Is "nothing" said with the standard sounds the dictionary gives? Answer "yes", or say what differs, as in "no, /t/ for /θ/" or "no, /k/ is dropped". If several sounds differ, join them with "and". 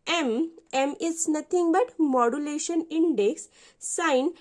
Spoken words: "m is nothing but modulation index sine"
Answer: no, /t/ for /θ/